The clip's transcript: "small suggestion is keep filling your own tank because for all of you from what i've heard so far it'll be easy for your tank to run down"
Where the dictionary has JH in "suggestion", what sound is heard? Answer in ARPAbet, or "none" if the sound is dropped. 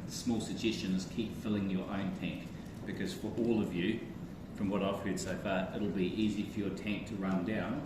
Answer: JH